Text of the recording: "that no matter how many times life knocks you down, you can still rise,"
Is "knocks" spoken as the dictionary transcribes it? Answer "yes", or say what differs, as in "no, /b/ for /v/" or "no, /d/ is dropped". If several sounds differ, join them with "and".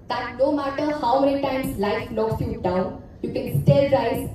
no, /l/ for /n/